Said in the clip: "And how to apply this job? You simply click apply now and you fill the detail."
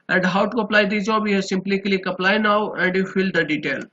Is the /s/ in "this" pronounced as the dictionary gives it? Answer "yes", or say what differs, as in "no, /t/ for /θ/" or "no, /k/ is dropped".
no, /s/ is dropped